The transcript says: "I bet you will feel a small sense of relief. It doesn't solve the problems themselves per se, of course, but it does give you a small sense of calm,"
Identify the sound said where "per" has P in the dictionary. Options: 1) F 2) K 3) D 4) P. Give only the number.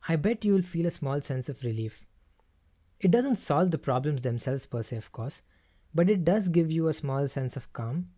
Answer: 4